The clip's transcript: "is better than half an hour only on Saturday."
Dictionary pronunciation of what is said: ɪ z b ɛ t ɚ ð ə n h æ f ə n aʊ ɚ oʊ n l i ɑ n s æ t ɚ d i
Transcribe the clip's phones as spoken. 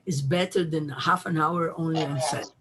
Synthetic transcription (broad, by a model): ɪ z b ɛ t ɚ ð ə n h æ f ə n aʊ ɚ oʊ n l i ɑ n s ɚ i